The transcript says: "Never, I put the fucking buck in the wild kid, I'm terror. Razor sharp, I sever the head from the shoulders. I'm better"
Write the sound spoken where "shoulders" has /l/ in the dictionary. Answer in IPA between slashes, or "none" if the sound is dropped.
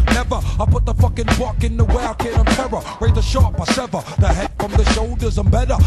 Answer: /l/